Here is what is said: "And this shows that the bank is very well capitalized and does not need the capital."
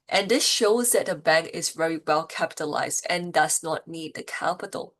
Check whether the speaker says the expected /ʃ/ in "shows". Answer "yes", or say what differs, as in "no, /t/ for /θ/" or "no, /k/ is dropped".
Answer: yes